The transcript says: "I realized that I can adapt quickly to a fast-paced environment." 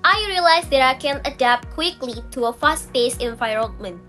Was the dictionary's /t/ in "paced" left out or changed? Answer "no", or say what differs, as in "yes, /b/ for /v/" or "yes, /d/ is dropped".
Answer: yes, /t/ is dropped